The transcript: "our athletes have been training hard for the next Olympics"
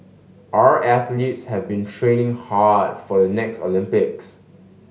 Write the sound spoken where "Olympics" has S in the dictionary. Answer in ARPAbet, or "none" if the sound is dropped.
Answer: S